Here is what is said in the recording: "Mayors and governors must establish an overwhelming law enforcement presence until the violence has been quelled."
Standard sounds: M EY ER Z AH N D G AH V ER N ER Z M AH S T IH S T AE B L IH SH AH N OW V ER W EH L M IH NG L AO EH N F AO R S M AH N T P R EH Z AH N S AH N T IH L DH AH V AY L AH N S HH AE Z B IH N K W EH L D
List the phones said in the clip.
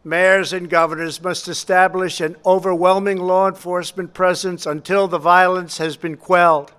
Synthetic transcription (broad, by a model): M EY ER Z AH N G AH V ER N ER Z M AH S T IH S T AE B L IH SH AH N OW V ER W EH L M IH NG L AO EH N F AO R S M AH N P R EH Z AH N S AH N T IH L DH AH V AY L AH N S HH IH Z B IH N K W EH L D